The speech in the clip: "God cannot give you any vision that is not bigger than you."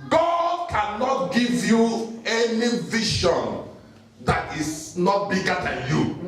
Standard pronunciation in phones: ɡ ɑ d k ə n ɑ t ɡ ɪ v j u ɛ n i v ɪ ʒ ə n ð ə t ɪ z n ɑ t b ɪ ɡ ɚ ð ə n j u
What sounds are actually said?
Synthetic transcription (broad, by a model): ɡ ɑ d k ə n ɑ t ɡ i v j u ɛ n i v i ʃ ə n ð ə t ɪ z n ɑ t b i ɡ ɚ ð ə n j u